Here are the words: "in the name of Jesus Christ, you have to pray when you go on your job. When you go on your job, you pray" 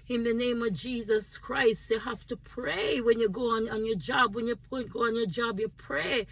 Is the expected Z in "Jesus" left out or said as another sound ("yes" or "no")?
no